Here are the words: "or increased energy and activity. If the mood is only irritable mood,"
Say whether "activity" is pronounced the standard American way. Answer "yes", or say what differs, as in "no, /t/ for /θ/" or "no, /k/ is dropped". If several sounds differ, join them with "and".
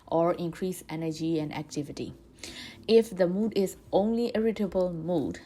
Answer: yes